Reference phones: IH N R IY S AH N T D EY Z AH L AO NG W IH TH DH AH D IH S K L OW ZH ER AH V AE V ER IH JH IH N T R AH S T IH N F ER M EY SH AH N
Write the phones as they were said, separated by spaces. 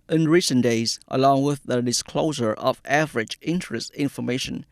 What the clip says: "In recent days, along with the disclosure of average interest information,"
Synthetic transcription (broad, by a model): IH N R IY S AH N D EY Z AH L AO NG W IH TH DH AH D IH S K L OW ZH ER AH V AE V ER IH JH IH N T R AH S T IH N F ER M EY SH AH N